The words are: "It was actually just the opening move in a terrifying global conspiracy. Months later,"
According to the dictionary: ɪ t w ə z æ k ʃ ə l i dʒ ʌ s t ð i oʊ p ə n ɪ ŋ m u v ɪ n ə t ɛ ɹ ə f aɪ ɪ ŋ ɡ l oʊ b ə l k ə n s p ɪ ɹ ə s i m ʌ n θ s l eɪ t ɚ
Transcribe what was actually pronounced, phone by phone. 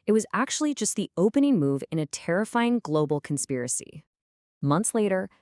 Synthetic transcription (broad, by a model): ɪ t w ə z æ k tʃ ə l i dʒ ʌ s t ð i oʊ p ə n ɪ ŋ m u v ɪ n ə t ɛ ɹ ə f aɪ ɪ ŋ ɡ l oʊ b l k n s p ɪ ɹ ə s i m ʌ n θ s l eɪ t ɚ